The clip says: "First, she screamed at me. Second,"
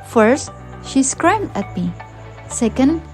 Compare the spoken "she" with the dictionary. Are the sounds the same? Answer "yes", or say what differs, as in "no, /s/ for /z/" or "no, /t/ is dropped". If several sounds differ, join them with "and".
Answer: yes